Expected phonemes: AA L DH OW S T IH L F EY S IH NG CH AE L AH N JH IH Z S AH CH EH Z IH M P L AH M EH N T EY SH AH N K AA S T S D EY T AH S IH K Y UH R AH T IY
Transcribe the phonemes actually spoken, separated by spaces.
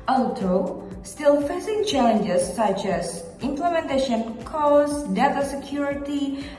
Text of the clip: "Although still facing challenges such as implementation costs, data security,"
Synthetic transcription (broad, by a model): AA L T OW S T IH L F EY S IH NG CH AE L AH N JH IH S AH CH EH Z IH M P L AH M EH N T EY SH AH N K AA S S D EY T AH S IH K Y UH R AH T IY